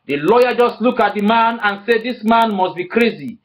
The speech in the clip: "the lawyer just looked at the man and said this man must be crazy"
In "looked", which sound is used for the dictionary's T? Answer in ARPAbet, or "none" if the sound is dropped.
none